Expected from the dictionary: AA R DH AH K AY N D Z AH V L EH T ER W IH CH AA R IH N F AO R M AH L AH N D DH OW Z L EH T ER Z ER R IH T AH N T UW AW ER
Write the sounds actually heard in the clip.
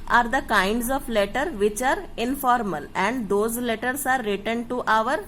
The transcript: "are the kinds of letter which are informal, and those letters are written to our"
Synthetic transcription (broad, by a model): AA R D AH K AY N D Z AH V L EH T ER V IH CH AA R IH N F AO R M AH L AH N D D OW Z L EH T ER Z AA R IH T AH N T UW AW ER